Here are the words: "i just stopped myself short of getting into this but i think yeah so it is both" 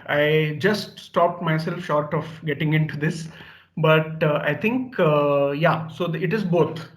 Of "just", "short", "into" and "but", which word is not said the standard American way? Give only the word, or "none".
none